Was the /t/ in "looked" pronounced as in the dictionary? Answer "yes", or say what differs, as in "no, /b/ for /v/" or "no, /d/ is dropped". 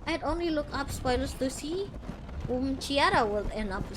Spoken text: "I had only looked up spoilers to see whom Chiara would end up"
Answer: no, /t/ is dropped